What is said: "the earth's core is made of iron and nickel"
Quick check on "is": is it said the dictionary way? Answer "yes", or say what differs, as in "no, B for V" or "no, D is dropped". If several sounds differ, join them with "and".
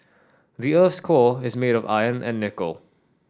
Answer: yes